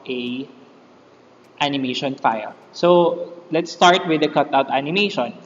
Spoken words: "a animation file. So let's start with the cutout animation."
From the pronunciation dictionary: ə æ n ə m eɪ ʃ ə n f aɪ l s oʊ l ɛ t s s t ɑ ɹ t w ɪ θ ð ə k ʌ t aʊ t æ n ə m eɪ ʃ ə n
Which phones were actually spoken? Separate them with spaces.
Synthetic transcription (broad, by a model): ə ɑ n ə m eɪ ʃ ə n f aɪ l s oʊ l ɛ t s s t ɑ ɹ t w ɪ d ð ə k ʌ t aʊ t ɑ n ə m eɪ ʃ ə n